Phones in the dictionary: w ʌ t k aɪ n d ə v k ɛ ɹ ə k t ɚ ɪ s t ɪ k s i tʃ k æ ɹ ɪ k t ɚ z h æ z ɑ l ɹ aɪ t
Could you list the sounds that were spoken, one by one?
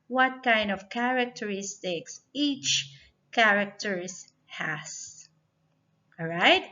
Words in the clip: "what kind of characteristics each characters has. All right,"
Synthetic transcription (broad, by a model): w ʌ t k aɪ n d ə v k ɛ ɹ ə k t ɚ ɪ s t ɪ k s i tʃ k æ ɹ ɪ k t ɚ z h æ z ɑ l ɹ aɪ t